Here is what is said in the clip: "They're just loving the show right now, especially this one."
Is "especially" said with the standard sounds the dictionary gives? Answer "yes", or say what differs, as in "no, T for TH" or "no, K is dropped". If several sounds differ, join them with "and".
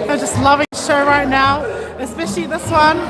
yes